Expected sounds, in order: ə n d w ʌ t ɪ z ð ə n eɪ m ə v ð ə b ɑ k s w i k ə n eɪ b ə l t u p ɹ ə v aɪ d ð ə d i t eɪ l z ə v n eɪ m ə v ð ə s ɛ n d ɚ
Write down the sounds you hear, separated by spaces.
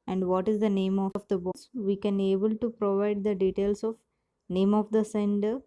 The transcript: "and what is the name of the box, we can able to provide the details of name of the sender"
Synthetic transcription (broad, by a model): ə n d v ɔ t ɪ z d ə n eɪ m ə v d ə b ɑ s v i k ə n eɪ b ə l t u p ɹ ə v aɪ d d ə d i t eɪ l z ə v n eɪ m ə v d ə s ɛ n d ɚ